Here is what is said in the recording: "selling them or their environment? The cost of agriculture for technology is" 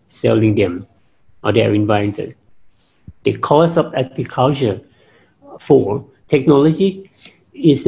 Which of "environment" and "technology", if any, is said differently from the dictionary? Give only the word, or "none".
environment